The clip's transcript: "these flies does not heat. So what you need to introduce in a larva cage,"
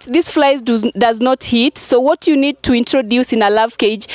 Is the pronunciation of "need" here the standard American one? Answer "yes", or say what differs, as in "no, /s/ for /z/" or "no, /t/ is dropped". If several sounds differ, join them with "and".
yes